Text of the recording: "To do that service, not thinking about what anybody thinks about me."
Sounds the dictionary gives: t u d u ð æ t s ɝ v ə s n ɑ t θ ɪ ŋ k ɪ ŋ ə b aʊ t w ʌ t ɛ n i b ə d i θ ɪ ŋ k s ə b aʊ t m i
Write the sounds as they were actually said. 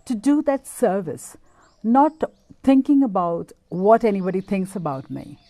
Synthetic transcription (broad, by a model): t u d u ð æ t s ɝ v ə s n ɑ t t ɪ ŋ k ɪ ŋ ə b aʊ t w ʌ t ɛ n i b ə d i t ɪ ŋ k s ə b aʊ t m i